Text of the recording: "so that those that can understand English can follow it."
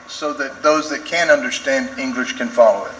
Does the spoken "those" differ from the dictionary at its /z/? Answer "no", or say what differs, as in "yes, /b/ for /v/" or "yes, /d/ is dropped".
no